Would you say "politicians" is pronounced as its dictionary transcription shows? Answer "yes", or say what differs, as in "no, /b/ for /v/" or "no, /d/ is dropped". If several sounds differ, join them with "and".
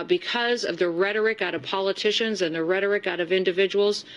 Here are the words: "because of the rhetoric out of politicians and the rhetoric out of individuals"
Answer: yes